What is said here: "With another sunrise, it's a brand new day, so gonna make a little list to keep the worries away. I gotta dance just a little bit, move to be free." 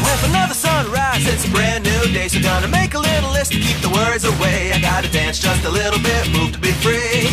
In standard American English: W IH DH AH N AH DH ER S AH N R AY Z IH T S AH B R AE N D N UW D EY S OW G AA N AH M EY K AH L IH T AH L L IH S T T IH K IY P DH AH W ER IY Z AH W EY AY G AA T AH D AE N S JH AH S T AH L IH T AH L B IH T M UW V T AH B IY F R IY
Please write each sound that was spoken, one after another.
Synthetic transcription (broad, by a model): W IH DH AH N AH DH ER S AH N R AY S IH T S AH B R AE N N UW D EY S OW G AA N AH M EY K AH L IH T L L IH S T T IH K IY P DH AH W ER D Z AH W EY AY G AA T AH D AE N S JH AH S T AH L IH T L B IH T M UW V T AH B IY F R IY